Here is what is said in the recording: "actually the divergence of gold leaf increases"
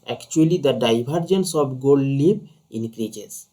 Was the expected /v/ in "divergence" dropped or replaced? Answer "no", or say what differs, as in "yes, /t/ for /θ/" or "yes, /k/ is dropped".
yes, /b/ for /v/